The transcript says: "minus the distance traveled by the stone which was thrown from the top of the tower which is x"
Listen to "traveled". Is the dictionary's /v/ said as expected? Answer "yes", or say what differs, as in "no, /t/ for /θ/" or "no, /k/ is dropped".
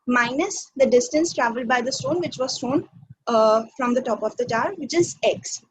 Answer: yes